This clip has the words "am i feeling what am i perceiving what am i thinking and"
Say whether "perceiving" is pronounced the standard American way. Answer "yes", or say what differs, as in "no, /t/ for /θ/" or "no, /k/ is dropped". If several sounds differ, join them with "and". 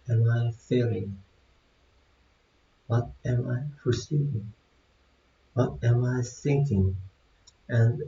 no, /f/ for /p/